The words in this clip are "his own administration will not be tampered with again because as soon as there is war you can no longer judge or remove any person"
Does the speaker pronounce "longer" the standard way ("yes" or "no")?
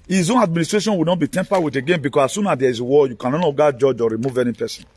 no